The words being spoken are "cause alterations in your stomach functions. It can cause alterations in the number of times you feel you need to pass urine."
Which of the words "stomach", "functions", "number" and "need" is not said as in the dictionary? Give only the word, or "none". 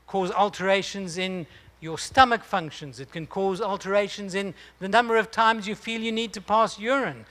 none